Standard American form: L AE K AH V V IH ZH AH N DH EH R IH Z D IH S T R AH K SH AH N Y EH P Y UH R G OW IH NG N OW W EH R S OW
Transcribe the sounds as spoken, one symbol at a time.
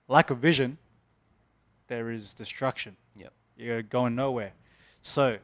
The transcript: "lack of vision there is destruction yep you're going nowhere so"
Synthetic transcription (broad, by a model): L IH K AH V V IH ZH AH N DH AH R IH Z D IH S T R AH K SH AH N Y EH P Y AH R G OW IH NG N OW W EH R S OW